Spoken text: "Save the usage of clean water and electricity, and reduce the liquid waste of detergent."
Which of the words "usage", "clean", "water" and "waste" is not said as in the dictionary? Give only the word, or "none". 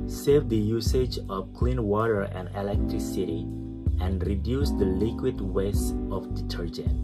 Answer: waste